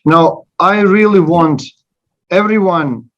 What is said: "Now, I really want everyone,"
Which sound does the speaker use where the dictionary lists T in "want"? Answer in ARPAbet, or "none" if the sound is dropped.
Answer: T